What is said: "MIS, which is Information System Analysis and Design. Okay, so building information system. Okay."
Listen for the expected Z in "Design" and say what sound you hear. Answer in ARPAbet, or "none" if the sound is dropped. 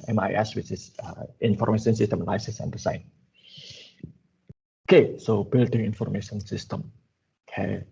S